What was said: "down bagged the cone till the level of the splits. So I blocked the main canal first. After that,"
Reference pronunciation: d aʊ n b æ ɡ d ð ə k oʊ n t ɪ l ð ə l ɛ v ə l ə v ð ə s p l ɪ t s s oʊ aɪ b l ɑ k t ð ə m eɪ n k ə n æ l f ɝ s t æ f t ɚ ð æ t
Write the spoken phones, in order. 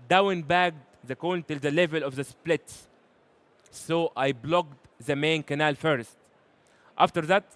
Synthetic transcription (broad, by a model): d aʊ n b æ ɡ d ð ə k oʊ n t ɪ l ð ə l ɛ v ə l ə v ð ə s p l ɪ t s s oʊ aɪ b l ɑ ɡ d ð ə m eɪ n k ə n æ l f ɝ s t æ f t ɚ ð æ t